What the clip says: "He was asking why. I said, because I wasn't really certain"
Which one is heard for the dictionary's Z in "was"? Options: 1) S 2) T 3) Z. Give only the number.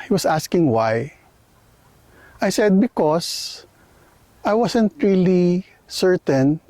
1